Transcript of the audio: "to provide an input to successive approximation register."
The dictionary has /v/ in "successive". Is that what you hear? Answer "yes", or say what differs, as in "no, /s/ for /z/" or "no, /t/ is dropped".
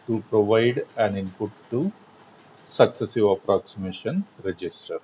yes